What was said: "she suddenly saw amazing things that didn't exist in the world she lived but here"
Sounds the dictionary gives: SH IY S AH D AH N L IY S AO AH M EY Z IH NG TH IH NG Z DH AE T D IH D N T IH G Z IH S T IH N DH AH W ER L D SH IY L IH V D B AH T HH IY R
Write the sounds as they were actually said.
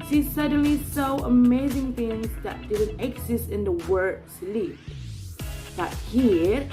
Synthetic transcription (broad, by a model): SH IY S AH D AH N L IY S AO AH M EY Z IH NG TH IH NG Z DH AE T D IH D N T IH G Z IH S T IH N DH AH W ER D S L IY D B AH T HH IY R